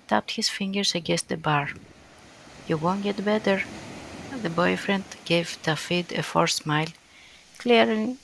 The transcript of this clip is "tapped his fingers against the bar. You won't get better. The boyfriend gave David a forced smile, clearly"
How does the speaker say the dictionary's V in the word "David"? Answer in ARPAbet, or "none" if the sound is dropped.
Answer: F